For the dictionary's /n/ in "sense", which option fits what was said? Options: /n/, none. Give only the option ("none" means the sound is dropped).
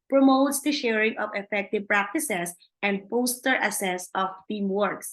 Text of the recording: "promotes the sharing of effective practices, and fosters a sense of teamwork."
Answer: none